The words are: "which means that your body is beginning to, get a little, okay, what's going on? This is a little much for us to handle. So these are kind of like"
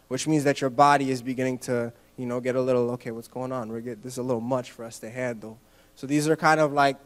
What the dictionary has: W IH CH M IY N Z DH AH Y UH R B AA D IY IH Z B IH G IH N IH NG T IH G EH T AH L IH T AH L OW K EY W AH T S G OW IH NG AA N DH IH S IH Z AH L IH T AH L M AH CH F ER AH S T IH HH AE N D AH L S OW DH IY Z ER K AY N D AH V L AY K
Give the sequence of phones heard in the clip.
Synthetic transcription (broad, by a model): W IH CH M IY N Z DH AH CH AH R B AA D IY IH Z B IH G IH N IH NG T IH G EH T AH L IH T L OW K EY W AH T S G OW IH NG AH N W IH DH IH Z AH L IH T L M AH CH F ER AH S T IH HH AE N D L S OW DH IY Z ER K AY N D AH V L AY K